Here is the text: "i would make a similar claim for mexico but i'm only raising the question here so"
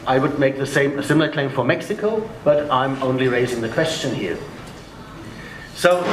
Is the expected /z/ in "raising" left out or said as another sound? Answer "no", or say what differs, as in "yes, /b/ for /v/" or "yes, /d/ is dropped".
no